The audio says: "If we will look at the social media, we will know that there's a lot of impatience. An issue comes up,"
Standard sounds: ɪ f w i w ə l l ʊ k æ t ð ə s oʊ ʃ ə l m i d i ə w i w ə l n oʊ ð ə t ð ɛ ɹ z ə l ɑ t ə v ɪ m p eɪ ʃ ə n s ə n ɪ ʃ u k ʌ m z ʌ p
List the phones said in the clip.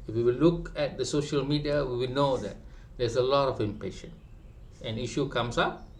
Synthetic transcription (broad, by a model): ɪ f w i w ə l l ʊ k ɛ t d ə s oʊ ʃ ə l m i d i ə w i w ə l n oʊ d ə t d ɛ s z ə l ɑ t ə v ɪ m p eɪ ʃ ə n ə n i ʃ u k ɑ m s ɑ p